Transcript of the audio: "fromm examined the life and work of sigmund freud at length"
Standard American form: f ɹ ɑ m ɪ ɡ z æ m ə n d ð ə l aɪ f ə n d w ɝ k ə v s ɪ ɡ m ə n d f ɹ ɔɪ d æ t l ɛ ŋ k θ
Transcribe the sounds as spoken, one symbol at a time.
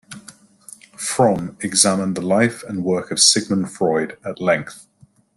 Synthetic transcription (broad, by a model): f ɹ ɑ m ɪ ɡ z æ m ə n ð ə l aɪ f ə n w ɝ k ə v s ɪ ɡ m ə n f ɹ ɔɪ d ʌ t l ɛ ŋ k θ